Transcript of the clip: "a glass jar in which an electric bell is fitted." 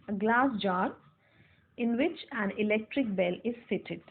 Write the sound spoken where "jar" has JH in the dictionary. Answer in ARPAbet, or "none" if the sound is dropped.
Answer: JH